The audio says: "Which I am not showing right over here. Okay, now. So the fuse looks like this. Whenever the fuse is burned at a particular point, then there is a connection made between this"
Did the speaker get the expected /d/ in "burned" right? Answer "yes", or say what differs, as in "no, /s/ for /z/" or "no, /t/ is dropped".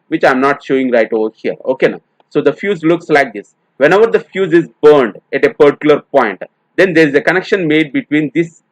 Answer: yes